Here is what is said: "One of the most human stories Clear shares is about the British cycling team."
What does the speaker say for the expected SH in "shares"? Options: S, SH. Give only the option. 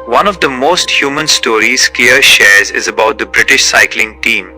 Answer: SH